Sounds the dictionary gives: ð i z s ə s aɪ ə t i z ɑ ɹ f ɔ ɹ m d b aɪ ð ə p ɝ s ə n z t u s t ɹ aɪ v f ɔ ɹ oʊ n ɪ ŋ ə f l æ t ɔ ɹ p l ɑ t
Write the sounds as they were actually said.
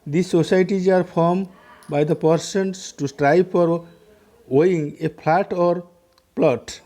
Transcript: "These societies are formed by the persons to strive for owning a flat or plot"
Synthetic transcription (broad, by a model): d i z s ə s aɪ t i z ɑ ɹ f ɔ ɹ m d b aɪ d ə p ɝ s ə n s t u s t ɹ aɪ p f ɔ ɹ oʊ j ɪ ŋ ə p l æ t ɔ ɹ p l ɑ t